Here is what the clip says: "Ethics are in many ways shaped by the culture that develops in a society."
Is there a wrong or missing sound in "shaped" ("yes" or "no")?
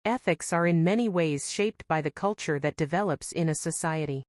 no